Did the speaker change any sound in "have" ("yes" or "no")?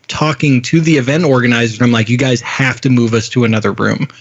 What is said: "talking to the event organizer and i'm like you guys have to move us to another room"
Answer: yes